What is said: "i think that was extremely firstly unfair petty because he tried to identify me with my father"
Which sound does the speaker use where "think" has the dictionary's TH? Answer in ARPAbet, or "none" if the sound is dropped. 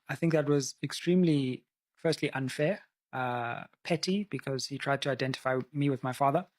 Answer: TH